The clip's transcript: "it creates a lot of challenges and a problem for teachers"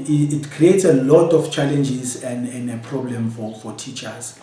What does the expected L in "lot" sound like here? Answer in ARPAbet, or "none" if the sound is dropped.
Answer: L